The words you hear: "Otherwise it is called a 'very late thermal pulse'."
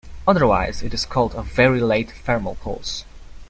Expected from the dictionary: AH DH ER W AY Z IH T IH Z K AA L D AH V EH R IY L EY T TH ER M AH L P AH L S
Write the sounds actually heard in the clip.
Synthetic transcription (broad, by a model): AH DH ER W AY Z IH T IH Z K AA L D AH V EH R IY L EY T F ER M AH L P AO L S